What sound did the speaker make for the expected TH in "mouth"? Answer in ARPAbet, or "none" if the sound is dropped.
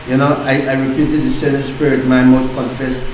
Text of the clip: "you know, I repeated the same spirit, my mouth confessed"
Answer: S